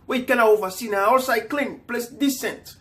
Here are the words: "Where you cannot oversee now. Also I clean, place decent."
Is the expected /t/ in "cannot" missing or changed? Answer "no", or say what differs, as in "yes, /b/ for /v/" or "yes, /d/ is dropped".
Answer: yes, /t/ is dropped